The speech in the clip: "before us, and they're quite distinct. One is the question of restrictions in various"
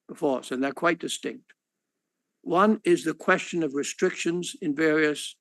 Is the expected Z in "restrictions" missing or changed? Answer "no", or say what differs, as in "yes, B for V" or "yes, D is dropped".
no